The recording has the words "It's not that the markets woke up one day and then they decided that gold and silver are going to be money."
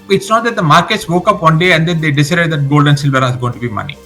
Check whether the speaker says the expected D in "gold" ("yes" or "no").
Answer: yes